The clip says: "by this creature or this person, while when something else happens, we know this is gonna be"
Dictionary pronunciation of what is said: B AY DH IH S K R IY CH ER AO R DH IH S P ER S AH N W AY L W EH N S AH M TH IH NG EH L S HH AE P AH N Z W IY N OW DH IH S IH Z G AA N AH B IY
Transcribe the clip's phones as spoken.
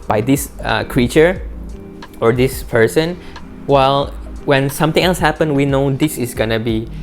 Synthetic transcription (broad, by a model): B AY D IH S K R IY CH ER AO R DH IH S P ER S AH N W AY L W EH N S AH M T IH NG EH L S HH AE P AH N W IY N OW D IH S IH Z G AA N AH B IY